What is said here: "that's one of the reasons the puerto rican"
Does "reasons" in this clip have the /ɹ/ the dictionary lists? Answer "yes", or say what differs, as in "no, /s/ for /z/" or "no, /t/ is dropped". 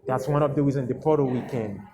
no, /w/ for /ɹ/